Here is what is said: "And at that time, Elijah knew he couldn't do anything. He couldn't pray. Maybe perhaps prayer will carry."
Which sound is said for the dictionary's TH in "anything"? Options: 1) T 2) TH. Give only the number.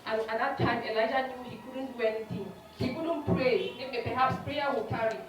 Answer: 1